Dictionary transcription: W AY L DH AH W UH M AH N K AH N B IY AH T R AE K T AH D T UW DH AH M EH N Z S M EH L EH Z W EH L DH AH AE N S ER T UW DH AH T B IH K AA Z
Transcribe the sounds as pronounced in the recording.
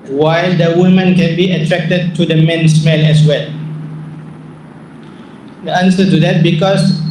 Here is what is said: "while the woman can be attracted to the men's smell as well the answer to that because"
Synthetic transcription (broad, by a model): W AY L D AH W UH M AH N K AH N B IY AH T R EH K T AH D T UW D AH M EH N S M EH N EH S W EH L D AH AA N S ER T UW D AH T B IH K AA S